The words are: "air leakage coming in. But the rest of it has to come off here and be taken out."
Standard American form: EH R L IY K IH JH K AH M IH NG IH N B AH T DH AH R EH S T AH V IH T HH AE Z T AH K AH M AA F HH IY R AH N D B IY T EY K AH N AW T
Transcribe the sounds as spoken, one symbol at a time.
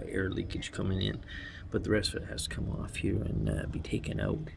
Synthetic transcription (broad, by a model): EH R L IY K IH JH K AH M IH NG IH N B AH T DH AH R EH S T AH V IH T HH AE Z T AH K AH M AA F HH IY R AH N B IY T EY K AH N AW T